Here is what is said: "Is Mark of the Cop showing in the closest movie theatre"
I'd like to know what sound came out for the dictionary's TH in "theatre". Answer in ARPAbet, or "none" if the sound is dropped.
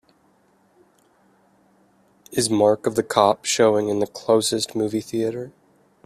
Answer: TH